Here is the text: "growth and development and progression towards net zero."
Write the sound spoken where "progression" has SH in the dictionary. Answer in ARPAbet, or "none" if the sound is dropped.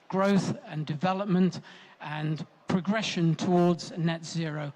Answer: SH